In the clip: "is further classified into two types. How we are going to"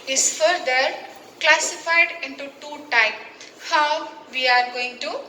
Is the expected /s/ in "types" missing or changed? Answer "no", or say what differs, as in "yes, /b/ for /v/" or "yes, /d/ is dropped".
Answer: yes, /s/ is dropped